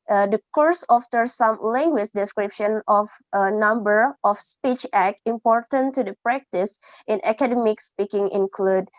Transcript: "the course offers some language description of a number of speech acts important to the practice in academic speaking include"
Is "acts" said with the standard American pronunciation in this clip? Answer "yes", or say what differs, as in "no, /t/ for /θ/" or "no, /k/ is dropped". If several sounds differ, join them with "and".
no, /s/ is dropped